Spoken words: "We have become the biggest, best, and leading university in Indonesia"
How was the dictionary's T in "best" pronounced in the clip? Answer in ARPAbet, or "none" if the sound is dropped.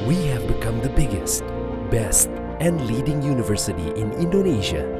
T